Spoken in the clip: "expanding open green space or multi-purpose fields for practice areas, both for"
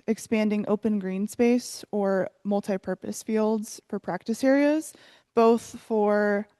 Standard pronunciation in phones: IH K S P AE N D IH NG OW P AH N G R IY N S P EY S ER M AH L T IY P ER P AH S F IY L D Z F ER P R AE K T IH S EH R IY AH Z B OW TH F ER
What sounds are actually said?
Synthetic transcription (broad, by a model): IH K S P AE N D IH NG OW P AH N G R IY N S P EY S ER M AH L T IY P ER P AH S F IY L D Z F ER P R AE K T IH S EH R IY AH Z B OW TH F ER